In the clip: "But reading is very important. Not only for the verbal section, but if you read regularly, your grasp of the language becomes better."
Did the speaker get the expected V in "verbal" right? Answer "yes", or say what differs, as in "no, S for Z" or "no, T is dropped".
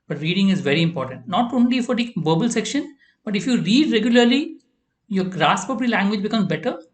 no, B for V